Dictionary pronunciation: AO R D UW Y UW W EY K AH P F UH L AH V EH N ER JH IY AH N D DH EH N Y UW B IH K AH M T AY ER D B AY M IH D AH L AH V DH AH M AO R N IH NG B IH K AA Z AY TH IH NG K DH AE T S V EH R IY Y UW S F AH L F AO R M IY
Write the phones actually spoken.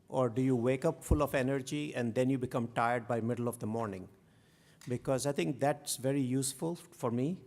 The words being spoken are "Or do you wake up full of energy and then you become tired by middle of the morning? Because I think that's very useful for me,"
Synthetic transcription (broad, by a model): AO R D UW Y UW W EY K AH P F UH L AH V EH N ER JH IY AH N D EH N Y UW B IH K AH M T AY ER D B AY M IH D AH L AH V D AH M AO R N IH NG B IH K AA Z AY T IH NG K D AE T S V EH R IY Y UW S F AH L F AO R M IY